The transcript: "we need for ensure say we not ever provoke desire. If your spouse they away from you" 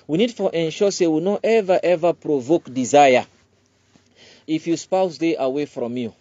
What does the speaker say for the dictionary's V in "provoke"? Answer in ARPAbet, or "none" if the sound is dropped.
V